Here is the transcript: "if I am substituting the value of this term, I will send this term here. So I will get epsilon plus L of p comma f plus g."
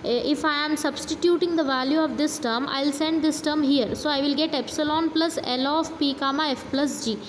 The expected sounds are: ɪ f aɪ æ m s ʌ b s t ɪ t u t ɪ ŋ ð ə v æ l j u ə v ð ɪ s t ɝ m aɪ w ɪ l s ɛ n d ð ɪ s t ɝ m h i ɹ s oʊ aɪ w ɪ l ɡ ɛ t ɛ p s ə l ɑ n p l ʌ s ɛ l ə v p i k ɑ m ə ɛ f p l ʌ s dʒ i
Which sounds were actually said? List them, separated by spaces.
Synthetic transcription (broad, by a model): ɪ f aɪ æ m s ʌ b s t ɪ t u t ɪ ŋ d ə v æ l j u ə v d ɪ s t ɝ m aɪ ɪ l s ɛ n d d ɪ s t ɝ m h i ɹ s oʊ aɪ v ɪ l ɡ ɛ t ɛ p s ə l ɑ n p l ʌ s ɛ l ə f p i k ɑ m ə ɛ f p l ʌ s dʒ i